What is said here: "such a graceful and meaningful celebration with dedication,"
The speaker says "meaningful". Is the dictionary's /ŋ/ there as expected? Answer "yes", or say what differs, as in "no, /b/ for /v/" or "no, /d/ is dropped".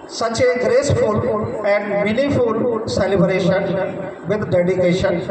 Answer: no, /ŋ/ is dropped